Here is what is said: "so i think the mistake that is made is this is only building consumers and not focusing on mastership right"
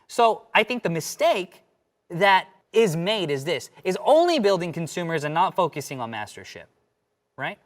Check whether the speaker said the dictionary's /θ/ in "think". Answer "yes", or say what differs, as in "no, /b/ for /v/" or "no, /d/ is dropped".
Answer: yes